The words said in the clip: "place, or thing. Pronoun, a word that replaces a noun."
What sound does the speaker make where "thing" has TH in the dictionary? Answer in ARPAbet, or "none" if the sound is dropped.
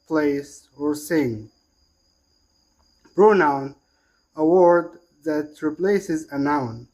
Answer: S